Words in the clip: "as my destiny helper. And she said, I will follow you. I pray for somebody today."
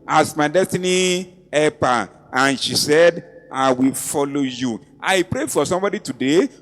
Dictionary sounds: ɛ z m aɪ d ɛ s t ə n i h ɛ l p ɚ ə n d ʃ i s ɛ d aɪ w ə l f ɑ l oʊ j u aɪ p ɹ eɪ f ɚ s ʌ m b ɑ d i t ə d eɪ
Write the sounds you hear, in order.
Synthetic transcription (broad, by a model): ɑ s m aɪ d ɛ s t ə n i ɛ p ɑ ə n ʃ i s ɛ d aɪ w ə l f ɑ l oʊ j u aɪ p ɹ eɪ f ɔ s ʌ m b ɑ d i t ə d eɪ